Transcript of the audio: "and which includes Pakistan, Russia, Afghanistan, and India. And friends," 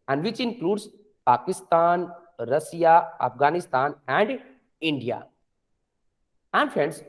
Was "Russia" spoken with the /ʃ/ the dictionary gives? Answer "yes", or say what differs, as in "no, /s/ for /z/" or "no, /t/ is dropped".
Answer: no, /s/ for /ʃ/